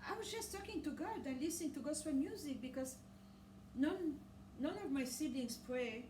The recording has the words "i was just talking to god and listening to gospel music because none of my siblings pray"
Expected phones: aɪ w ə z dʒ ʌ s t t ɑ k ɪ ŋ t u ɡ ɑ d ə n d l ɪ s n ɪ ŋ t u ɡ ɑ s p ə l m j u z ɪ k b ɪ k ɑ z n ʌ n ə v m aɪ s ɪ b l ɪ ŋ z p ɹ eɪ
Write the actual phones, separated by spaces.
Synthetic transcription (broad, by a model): aɪ w ə z dʒ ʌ s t t ɑ k ɪ ŋ t u ɡ ɑ d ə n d l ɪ s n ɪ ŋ t u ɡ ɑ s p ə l m j u z ɪ k b ɪ k ɑ z n ʌ n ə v m aɪ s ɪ l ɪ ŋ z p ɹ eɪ